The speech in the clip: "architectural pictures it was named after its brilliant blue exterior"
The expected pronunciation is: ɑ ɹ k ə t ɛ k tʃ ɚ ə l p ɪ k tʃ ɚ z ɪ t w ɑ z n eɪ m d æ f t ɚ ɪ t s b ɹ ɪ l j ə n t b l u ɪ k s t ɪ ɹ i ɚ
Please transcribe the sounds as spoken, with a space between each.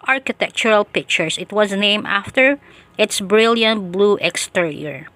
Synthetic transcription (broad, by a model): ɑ ɹ k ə t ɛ k tʃ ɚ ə l p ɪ k tʃ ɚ s ɪ t w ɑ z n eɪ m æ f t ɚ ɪ t s b ɹ ɪ l j ə n t b l u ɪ k s t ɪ ɹ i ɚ